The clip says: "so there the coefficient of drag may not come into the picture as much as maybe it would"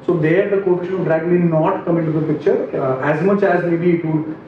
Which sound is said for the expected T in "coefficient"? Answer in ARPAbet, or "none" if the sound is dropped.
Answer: none